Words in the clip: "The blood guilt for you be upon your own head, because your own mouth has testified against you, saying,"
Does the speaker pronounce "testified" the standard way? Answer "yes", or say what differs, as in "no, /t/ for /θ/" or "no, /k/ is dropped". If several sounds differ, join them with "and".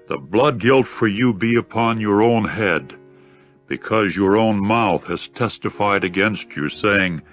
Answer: yes